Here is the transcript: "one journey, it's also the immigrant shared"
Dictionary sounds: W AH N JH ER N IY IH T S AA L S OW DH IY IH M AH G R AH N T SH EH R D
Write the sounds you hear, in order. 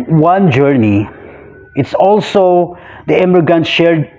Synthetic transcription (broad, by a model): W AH N JH ER N IY IH T S AA L S OW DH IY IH M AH G AH N SH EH R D